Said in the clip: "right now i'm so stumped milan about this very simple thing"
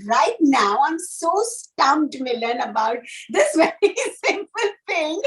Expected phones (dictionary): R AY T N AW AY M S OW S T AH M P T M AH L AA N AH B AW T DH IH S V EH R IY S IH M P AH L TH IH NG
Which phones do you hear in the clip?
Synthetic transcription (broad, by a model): R AY T N AW AY M S OW S T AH M T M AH L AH N AH B AW T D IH S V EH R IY S IH M P AH L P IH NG